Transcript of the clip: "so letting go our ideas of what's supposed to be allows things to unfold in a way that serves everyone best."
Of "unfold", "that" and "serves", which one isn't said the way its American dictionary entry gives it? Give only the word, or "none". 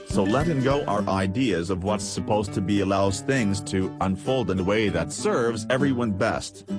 none